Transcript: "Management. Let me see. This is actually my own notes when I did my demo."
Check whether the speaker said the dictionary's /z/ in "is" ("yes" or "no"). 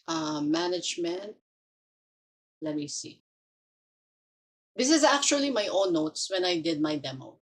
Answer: yes